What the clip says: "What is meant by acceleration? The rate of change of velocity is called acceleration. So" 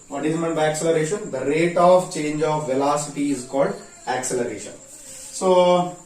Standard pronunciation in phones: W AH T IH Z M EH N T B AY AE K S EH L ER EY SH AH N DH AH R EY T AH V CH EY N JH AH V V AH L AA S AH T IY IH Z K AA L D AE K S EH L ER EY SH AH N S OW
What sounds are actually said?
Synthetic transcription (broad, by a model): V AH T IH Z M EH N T B AY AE K S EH L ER EY SH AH N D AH R EY T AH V CH EY N JH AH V V AH L AA S AH T IY IH Z K AA L D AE K S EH L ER EY SH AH N S OW